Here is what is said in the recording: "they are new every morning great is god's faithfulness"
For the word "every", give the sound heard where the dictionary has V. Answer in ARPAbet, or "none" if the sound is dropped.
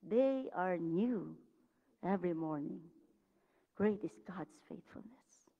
V